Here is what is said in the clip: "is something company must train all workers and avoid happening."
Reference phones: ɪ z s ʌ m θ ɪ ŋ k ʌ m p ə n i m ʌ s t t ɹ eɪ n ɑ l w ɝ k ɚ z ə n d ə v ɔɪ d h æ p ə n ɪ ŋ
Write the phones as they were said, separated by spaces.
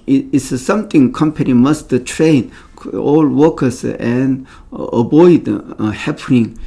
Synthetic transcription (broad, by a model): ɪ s s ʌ m t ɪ ŋ k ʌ m p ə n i m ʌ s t t ɹ eɪ n ɑ l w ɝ k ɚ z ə n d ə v ɔɪ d h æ p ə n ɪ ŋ